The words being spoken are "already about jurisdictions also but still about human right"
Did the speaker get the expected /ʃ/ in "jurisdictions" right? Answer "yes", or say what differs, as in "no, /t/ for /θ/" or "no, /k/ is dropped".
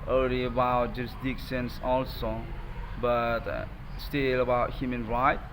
no, /s/ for /ʃ/